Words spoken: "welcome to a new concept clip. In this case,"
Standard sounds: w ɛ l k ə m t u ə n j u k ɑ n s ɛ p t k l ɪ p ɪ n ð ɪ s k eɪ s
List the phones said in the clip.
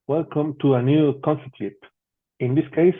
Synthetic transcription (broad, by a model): w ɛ l k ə m t u ə n j u k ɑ n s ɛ t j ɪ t ɪ n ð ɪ s k eɪ s